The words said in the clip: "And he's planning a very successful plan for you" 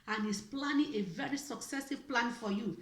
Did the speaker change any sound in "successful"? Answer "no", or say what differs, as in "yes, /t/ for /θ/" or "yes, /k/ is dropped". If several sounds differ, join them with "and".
yes, /f/ is dropped